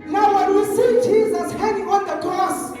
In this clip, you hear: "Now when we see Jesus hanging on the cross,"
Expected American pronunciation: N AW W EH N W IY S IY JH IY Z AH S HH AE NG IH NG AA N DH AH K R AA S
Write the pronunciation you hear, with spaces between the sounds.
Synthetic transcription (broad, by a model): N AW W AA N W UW S IY JH IY Z AH S HH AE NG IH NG AA N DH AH K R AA S